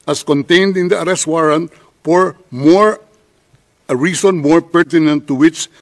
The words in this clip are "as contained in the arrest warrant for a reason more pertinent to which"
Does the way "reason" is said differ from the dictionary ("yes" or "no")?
yes